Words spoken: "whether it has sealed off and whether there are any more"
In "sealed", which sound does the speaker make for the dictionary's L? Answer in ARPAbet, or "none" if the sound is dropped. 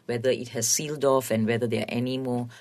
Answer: L